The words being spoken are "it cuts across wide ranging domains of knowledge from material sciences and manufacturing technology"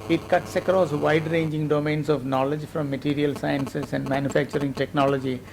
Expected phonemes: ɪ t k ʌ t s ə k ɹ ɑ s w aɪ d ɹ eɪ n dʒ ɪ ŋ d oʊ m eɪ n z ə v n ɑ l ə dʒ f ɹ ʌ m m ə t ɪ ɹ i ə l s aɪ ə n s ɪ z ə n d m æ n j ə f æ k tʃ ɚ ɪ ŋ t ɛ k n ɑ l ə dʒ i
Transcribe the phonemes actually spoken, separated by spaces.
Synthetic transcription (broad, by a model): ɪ t k ʌ t s ə k ɹ ɑ s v aɪ d ɹ eɪ n dʒ ɪ ŋ d oʊ m eɪ n s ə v n ɑ l ə dʒ f ɹ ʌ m m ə t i ɹ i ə l s aɪ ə n s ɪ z ə n d m æ n j ə f æ k tʃ ɚ ɪ ŋ t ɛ k n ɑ l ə dʒ i